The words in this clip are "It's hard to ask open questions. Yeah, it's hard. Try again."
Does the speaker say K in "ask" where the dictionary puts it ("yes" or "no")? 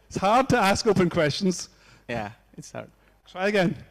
yes